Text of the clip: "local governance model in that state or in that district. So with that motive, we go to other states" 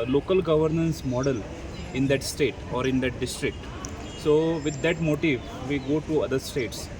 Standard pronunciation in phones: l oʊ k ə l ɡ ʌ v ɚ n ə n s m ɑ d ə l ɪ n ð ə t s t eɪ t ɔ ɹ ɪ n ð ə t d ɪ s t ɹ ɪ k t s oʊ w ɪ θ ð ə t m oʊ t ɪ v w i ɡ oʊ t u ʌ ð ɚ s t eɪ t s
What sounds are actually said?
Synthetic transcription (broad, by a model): l oʊ k ə l ɡ ʌ v ɚ n ə n s m ɑ d ə l ɪ n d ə t s t eɪ t ɔ ɹ ɪ n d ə t d ɪ s t ɹ ɪ k t s oʊ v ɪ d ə t m oʊ t ɪ v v i ɡ oʊ t u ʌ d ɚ s t eɪ t s